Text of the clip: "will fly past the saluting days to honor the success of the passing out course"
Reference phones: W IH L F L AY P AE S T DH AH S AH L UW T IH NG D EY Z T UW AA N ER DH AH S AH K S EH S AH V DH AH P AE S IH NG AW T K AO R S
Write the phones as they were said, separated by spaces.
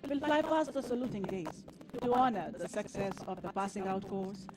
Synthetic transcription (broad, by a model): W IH L F L AY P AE S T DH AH S AH L UW T IH NG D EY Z T UW AA N ER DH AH S AH K S EH S AH V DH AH P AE S IH NG AW T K AO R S